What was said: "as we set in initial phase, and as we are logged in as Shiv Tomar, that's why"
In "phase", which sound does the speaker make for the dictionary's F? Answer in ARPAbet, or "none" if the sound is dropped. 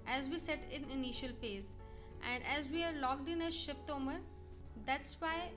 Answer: P